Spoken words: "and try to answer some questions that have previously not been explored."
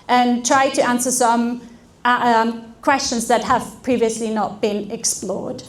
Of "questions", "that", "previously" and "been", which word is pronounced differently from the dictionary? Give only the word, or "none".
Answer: none